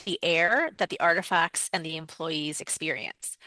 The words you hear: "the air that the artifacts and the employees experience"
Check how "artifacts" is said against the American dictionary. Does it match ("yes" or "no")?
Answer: yes